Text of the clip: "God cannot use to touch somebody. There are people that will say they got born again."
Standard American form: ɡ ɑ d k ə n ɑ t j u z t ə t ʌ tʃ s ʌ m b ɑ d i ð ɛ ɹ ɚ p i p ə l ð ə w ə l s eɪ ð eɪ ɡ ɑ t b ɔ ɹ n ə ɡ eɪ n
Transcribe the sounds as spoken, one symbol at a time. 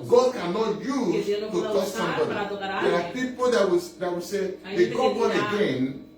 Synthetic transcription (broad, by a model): ɡ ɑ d k ə n ɑ t j u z t ə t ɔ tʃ s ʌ m b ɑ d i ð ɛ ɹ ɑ p i p ə l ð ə w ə w s eɪ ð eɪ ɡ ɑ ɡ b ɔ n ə ɡ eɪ n